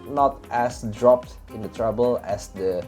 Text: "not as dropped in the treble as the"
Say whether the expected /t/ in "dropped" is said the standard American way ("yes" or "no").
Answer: yes